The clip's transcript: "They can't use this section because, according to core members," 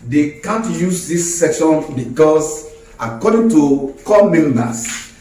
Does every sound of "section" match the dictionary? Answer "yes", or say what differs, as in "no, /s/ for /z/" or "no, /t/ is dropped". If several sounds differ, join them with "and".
yes